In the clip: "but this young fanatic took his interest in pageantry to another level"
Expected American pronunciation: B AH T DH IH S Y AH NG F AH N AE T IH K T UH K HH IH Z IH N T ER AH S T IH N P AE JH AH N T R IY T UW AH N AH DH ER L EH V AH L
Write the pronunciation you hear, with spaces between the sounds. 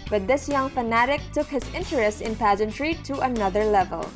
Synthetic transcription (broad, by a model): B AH T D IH S Y AH NG F AH N AE T IH K T UH K HH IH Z IH N T ER AH S T IH N P AE JH AH N T R IY T UW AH N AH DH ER L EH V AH L